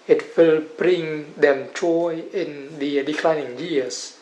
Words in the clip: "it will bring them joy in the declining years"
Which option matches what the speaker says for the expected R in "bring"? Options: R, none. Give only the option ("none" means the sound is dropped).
R